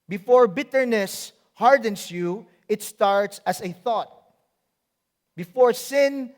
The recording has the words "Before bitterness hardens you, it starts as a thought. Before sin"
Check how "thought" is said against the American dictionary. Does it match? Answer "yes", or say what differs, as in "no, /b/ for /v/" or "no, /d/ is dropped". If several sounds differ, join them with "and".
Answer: yes